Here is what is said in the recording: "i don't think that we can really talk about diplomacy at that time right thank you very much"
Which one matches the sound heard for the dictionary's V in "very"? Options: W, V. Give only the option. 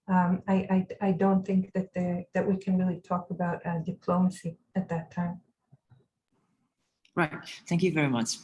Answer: V